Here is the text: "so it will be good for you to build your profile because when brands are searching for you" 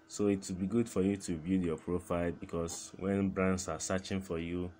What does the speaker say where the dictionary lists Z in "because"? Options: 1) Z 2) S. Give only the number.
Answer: 2